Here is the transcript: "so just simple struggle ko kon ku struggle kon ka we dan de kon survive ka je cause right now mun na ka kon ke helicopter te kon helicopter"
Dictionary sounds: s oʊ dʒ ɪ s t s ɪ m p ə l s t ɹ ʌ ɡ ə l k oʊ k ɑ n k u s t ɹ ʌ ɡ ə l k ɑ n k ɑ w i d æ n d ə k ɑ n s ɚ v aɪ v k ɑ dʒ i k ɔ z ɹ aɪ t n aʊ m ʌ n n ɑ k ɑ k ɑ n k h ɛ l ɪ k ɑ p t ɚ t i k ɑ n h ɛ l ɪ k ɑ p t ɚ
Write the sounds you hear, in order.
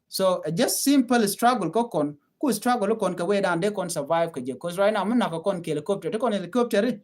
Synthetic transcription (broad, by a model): s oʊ dʒ ɪ s t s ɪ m p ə l s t ɹ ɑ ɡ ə l k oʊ k ɑ n k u s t ɹ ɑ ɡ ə l k ɑ n k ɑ w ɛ d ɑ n d ə k ɑ n s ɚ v aɪ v k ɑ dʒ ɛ k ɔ s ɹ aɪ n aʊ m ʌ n n ɑ k ɑ k ɑ n k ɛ l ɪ k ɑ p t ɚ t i k ɑ n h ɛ l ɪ k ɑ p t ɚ